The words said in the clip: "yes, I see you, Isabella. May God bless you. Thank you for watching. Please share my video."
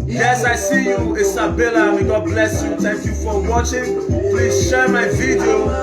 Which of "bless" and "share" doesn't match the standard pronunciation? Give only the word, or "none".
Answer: none